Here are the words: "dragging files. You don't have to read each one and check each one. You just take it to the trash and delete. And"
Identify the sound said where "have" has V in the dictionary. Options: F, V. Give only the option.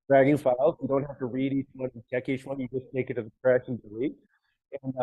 F